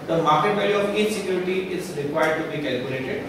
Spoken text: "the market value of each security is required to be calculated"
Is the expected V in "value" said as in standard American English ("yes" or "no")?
no